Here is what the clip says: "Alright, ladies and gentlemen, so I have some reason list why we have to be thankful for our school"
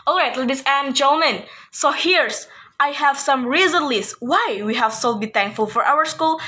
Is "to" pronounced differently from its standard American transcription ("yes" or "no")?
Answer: yes